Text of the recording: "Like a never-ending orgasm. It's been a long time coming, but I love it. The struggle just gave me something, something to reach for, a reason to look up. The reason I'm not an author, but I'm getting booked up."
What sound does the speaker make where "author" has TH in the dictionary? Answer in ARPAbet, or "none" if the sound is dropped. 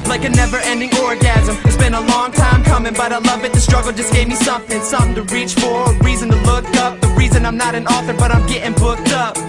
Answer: TH